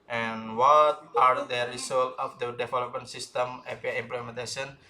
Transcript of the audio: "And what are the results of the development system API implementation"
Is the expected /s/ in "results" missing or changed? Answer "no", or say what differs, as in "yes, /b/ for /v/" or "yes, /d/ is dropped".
yes, /s/ is dropped